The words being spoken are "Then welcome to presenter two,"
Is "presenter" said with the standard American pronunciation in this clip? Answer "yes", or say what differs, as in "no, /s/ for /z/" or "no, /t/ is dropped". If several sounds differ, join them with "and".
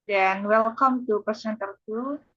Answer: no, /ɹ/ is dropped and /s/ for /z/